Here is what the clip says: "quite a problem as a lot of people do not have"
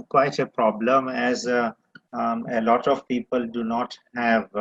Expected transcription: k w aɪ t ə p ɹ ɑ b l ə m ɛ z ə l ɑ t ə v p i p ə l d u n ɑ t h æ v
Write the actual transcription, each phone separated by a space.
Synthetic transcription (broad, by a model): k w aɪ t ə p ɹ ɑ b l ə m ɛ z ə l ɑ t ə v p i p ə l d u n ɑ t h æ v